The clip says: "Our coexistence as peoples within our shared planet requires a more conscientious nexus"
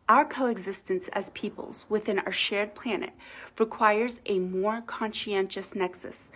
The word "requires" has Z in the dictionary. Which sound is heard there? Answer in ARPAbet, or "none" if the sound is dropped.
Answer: Z